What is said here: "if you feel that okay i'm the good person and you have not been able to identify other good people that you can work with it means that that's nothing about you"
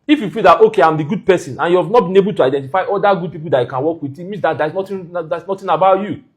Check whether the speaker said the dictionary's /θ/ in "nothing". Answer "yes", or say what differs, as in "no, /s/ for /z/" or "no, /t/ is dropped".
no, /t/ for /θ/